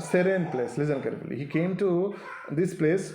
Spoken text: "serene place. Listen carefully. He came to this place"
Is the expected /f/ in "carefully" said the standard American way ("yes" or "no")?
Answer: no